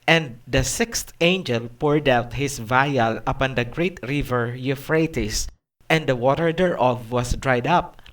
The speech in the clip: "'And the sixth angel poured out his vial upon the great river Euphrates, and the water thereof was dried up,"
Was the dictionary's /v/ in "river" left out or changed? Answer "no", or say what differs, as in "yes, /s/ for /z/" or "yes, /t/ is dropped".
no